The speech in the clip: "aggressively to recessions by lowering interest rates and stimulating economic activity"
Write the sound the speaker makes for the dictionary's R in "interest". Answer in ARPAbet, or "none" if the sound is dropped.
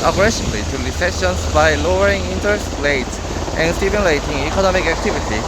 none